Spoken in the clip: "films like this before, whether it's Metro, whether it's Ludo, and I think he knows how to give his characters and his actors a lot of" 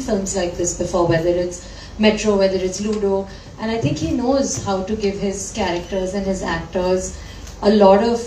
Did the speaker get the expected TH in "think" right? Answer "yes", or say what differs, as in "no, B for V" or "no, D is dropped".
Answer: no, T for TH